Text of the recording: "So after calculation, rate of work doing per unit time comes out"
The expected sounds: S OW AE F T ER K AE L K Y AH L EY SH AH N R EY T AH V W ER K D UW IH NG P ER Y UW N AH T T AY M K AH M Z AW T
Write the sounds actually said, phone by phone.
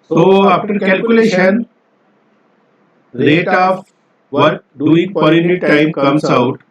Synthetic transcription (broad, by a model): S OW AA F T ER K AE L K Y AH L EY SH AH N L EY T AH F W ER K D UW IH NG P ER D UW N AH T T AY M K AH M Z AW T